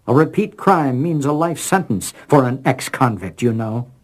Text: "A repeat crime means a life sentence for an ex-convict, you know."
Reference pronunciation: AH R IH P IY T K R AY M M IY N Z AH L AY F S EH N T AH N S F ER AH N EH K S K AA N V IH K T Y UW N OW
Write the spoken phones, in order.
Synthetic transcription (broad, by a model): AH R IH P IY T K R AY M M IY N Z AH L AY F S EH N T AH N S F ER AH N EH K S K AA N V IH K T Y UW N OW